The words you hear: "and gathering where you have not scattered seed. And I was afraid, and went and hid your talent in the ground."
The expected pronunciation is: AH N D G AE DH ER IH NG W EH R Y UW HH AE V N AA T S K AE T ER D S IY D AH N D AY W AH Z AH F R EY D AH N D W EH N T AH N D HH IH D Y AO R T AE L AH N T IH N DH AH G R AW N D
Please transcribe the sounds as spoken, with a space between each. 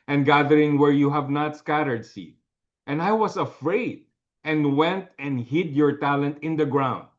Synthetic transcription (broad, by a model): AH N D G AE DH ER IH NG W EH R Y UW HH AE V N AA T S K AE T ER D S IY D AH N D AY W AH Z AH F R EY D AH N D W EH N T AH N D HH IH D Y AO R T AE L AH N T IH N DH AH G R AW N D